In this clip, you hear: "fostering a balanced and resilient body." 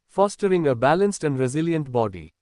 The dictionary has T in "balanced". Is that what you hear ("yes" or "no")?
yes